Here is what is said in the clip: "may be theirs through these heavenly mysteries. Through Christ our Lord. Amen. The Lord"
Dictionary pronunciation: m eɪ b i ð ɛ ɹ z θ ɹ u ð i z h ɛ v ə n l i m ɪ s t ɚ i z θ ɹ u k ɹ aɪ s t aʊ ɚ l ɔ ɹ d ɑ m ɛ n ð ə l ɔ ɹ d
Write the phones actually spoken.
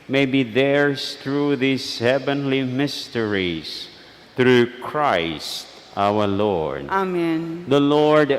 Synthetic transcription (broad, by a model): m eɪ b i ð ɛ ɹ s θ ɹ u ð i s h ɛ v ə n l i m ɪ s t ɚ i s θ ɹ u k ɹ aɪ s t aʊ ɚ l ɔ ɹ d ɑ m ɛ n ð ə l ɔ ɹ d